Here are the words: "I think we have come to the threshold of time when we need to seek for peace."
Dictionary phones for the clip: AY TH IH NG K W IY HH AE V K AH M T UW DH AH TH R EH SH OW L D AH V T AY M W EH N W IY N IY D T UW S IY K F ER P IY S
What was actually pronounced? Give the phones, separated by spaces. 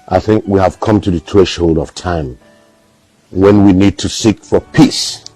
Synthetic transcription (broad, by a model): AY TH IH NG K W IY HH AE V K AH M T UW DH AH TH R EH SH OW L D AH V T AY M W EH N W IY N IY D T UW S IY K F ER P IY S